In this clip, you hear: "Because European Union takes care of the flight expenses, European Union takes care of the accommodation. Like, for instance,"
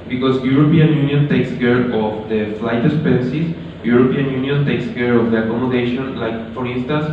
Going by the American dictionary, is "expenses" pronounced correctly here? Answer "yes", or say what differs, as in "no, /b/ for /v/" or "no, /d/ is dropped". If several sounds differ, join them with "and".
no, /k/ is dropped